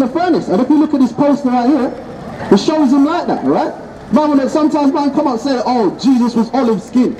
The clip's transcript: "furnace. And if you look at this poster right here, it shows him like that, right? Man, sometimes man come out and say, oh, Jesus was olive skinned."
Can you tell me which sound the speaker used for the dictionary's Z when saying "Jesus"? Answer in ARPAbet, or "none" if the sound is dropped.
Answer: Z